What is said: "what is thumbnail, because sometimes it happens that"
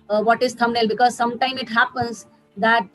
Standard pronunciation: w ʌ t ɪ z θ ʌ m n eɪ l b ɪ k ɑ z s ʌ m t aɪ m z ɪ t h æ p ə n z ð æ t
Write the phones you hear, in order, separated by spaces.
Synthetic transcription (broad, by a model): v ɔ t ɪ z t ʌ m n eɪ l b ɪ k ɑ z s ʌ m t aɪ m ɪ t h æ p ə n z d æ t